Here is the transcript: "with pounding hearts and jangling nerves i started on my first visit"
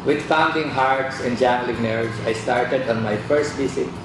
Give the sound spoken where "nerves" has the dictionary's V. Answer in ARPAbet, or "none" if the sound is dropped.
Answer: none